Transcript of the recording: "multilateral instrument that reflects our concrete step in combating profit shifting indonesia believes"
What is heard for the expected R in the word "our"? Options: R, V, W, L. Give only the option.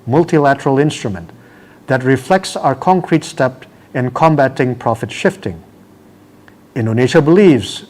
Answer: R